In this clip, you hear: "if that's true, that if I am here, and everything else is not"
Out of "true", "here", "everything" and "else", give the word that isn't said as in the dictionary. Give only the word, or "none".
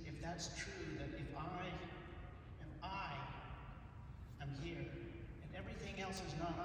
none